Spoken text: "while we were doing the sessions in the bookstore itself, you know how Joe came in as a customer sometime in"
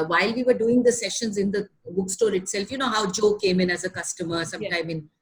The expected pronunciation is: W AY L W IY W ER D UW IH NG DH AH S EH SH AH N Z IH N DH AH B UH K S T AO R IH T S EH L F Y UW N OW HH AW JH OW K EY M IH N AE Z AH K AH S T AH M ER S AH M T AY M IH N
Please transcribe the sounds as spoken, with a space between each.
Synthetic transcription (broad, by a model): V AY L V IY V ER D UW IH NG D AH S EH SH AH N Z IH N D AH B UH K S T AO R IH T S EH L F Y UW N OW HH AW JH OW K EY M IH N AE Z AH K AH S T AH M ER S AH M T AY M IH N